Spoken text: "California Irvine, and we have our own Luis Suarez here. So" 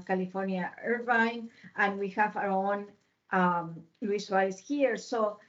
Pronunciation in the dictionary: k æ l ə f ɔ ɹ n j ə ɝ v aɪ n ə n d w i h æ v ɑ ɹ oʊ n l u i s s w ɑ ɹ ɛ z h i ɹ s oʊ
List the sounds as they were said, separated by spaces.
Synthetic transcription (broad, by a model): k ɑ l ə f ɔ ɹ n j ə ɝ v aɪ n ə n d w i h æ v ɑ ɹ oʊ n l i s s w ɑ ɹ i s h i ɹ s oʊ